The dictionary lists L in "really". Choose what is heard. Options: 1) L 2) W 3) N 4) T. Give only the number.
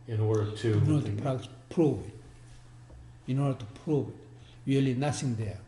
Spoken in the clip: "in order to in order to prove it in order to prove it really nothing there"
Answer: 1